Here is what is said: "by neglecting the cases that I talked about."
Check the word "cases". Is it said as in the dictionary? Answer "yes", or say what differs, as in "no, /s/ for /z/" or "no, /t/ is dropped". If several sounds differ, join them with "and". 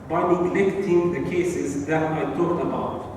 yes